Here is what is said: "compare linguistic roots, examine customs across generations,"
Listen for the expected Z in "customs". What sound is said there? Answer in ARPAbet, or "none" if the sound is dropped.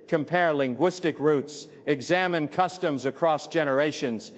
Z